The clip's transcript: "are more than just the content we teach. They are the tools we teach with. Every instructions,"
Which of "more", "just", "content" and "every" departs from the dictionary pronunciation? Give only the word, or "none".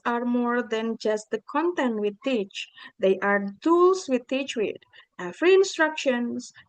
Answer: every